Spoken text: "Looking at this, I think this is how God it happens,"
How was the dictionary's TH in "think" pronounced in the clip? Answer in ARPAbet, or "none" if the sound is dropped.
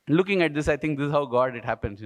T